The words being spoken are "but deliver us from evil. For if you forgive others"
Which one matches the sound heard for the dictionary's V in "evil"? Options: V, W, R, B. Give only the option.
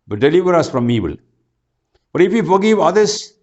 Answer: B